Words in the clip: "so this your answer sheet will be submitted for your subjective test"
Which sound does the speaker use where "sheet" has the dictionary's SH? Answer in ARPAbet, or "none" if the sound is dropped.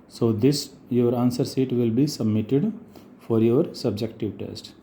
S